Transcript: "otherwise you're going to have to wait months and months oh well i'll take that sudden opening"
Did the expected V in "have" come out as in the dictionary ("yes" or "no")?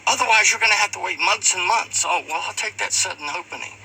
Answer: no